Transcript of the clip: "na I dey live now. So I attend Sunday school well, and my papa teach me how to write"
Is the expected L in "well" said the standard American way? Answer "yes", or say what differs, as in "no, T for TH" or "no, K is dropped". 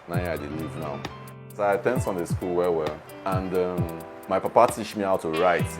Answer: no, W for L